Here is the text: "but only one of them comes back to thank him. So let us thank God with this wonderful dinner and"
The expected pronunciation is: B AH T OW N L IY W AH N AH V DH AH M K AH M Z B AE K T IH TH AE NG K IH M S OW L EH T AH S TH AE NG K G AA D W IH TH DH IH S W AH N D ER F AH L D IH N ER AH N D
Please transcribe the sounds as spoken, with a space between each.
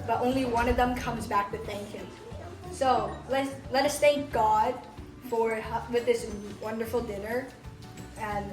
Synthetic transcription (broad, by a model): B AH T OW N L IY W AH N AH V DH AH M K AH M Z B AE K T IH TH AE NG K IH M S OW L EH T AH S T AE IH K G AA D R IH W DH IH S W AH N D ER F L D IH N ER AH N